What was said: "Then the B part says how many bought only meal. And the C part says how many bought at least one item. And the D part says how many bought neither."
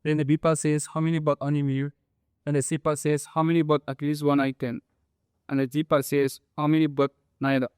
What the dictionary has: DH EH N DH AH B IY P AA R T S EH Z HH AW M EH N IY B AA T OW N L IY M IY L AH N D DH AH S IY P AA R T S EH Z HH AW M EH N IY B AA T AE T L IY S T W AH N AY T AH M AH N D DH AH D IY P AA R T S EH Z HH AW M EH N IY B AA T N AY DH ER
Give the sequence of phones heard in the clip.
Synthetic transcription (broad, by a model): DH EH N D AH B IY P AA S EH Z HH AW M EH N IY B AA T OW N IY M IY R AH N D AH S IY P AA S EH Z HH AW M EH N IY B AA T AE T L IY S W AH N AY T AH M AH N D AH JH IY P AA S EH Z HH AW M EH N IY B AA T N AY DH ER